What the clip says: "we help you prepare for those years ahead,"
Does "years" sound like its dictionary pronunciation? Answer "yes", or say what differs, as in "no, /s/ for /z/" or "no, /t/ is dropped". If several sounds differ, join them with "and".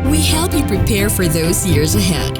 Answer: yes